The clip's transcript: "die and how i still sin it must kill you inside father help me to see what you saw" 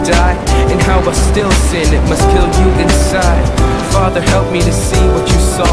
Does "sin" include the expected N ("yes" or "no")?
yes